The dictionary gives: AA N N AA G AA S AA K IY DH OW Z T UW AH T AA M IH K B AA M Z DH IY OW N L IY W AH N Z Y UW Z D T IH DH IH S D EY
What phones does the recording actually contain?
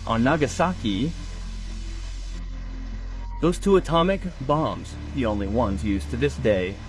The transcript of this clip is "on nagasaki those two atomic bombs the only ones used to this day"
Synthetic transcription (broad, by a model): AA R N AA G AA S AA K IY DH OW Z T UW AH T AA M IH K B AA M Z DH IY OW N L IY W AH N Z Y UW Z T IH DH IH S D EY